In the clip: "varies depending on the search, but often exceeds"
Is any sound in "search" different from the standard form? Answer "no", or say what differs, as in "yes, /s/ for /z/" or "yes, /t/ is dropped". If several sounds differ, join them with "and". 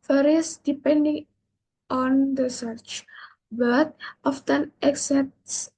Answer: no